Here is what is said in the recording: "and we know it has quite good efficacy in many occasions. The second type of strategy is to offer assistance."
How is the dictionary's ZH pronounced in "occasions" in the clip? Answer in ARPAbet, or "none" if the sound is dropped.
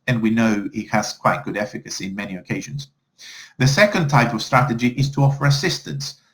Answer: ZH